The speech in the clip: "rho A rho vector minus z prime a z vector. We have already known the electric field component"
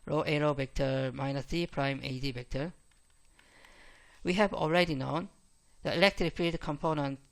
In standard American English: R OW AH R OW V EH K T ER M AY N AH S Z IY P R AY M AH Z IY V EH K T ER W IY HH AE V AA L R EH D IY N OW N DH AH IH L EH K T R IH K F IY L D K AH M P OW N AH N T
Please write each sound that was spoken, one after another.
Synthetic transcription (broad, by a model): R OW AH R OW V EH K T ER M AY N AH S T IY P R AY M AH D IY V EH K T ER W IY HH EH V AA L R EH D IY N OW N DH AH IH L EH K T R IH K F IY D K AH M P OW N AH N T